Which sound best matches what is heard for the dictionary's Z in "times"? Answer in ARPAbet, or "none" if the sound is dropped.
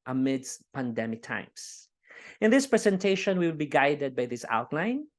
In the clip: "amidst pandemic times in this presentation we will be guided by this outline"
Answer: S